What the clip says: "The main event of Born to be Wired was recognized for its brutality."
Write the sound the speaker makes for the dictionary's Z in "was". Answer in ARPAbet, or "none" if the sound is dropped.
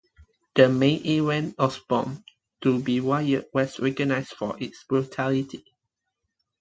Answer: S